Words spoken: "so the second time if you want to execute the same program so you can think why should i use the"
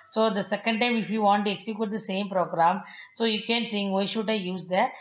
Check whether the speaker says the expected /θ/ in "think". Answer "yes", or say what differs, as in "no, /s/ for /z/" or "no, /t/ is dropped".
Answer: no, /t/ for /θ/